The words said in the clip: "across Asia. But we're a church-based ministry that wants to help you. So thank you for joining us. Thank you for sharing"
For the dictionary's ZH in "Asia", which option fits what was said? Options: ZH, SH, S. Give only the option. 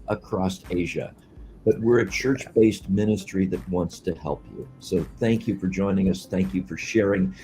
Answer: ZH